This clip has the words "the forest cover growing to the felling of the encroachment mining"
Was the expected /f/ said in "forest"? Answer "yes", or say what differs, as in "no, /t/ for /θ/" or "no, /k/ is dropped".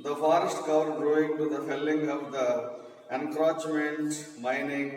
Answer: yes